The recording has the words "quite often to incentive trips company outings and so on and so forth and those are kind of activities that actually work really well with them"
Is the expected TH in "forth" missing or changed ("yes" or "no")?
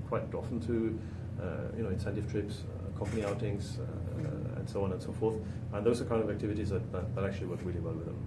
no